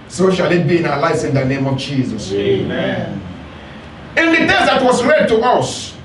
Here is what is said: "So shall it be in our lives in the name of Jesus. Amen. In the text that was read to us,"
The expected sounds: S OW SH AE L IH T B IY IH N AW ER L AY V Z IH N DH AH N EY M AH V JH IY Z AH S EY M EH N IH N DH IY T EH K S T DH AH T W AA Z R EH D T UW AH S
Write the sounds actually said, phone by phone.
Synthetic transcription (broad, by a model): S OW SH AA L IH T B IY IH N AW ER L AY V S IH N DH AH N EY M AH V JH IY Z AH S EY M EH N IH N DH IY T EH S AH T W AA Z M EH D T UW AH S